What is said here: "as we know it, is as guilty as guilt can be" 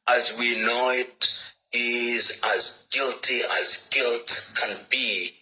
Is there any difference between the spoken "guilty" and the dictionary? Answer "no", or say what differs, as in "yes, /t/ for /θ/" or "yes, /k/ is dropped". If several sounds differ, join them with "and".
no